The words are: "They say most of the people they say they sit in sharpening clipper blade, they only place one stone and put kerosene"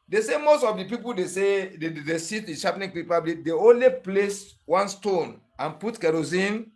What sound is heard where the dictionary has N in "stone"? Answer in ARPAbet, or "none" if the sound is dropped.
N